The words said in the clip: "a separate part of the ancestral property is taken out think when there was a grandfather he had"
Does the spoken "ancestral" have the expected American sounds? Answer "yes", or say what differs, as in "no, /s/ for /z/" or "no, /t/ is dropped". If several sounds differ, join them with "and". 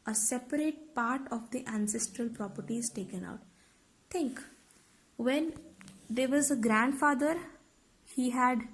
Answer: yes